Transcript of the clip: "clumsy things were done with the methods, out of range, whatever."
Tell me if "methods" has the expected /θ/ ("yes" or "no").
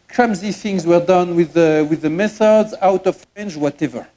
yes